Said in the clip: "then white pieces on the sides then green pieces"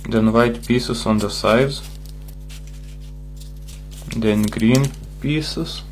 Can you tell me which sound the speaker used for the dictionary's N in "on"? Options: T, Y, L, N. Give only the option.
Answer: N